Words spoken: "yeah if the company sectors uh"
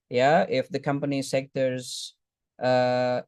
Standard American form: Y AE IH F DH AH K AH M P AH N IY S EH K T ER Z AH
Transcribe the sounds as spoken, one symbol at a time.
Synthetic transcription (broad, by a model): Y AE IH F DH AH K AH M P AH N IY S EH K T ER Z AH